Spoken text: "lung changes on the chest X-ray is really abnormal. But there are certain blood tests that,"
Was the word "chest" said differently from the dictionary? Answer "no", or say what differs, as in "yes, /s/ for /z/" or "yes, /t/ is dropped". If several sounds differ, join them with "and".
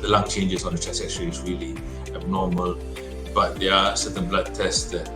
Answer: yes, /t/ is dropped